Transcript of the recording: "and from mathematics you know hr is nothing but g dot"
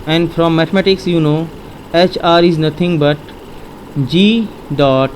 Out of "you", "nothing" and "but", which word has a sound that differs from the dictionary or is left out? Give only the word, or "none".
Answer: nothing